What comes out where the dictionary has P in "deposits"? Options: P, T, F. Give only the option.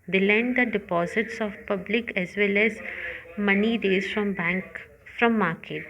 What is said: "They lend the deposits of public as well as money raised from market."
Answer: P